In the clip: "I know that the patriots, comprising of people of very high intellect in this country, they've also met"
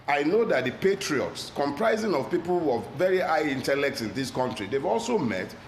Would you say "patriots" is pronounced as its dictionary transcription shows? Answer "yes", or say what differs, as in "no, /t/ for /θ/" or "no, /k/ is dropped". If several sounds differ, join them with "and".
yes